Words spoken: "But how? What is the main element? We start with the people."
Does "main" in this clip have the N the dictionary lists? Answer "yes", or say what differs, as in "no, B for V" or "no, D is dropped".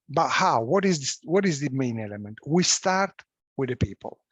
yes